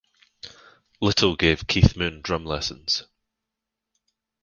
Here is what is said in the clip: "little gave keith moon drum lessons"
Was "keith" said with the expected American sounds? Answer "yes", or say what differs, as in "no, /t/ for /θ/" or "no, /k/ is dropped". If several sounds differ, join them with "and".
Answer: yes